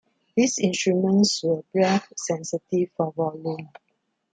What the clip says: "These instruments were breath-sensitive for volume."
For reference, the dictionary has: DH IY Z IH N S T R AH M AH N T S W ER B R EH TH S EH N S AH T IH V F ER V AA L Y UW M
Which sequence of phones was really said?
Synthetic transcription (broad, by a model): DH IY S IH N S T R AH M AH N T S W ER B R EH F S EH N S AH T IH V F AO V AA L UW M